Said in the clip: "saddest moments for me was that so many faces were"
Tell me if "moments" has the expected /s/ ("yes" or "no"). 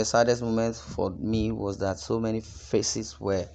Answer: no